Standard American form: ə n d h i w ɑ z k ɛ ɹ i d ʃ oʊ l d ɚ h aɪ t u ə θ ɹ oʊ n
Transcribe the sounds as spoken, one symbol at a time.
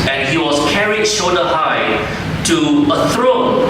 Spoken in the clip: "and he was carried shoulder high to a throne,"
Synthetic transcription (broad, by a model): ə n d h i w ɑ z k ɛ ɹ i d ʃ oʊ d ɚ h aɪ t u ə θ ɹ oʊ n